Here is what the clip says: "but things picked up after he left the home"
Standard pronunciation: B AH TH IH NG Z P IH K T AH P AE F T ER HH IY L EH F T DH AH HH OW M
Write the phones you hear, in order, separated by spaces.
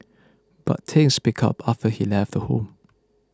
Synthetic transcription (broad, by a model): B AH T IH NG S P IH K AH P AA F T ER HH IY L EH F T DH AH HH OW M